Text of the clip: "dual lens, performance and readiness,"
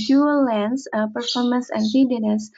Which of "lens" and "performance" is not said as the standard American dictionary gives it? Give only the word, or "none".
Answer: lens